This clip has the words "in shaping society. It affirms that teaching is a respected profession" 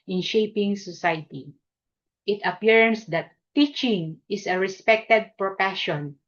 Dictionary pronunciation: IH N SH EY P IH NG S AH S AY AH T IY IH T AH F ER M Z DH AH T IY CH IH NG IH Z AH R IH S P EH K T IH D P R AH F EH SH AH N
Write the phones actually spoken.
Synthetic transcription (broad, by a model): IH N SH EY P IH NG S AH S AY T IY IH T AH P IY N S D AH T IY CH IH NG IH S AH R IH S P EH K T IH D P R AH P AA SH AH N